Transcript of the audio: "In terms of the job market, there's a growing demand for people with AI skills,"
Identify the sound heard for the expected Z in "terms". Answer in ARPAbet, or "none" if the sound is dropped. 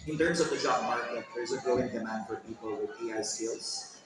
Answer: S